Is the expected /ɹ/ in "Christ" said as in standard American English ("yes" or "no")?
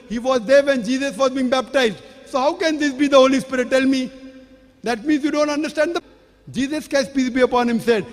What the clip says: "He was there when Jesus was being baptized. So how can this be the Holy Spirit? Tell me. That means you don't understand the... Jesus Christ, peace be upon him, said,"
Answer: no